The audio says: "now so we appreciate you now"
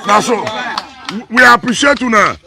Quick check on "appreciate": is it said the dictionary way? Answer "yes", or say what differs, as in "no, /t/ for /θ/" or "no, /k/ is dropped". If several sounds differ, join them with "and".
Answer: yes